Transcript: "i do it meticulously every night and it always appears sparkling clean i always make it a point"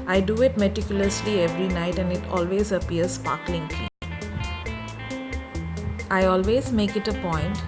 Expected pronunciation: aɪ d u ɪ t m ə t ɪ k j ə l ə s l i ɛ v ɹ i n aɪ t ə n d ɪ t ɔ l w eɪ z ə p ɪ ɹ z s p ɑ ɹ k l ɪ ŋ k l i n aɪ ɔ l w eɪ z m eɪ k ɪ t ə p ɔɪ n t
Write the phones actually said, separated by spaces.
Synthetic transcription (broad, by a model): aɪ d u ɪ t m ə t ɪ k j ə l ə s l i ɛ v ɹ i n aɪ t ə n d ɪ t ɔ l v eɪ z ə p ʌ ɹ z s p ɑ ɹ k l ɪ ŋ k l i aɪ ɔ l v eɪ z m eɪ k ɪ t ə p ɔɪ n t